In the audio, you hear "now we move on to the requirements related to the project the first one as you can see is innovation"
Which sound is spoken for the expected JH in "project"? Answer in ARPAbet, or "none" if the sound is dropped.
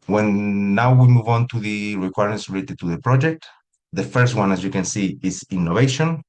JH